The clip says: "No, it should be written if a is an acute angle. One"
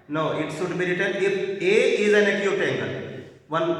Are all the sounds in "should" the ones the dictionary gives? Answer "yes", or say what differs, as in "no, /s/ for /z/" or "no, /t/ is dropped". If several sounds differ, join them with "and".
no, /s/ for /ʃ/